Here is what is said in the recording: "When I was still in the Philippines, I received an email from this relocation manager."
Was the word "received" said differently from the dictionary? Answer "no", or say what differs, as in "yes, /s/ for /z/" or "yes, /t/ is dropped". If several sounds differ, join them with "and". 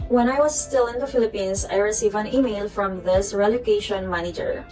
yes, /d/ is dropped